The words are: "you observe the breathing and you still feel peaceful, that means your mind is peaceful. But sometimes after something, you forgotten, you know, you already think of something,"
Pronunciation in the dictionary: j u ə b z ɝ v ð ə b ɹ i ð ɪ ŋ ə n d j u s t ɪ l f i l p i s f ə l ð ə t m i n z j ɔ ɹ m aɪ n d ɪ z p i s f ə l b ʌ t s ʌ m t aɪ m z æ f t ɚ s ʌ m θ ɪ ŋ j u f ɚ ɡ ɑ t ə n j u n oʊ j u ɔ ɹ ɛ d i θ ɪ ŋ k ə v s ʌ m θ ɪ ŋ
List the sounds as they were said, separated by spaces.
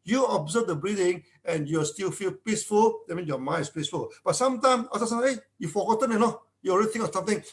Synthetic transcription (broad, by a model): j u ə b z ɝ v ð ə b ɹ i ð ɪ ŋ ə n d j u s t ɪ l f i l p i s f ə l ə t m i n s j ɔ m aɪ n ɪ s p i s f ə l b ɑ t s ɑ m t aɪ m s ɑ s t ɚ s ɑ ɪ j u f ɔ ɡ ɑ t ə n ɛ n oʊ j u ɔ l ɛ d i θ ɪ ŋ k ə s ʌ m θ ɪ ŋ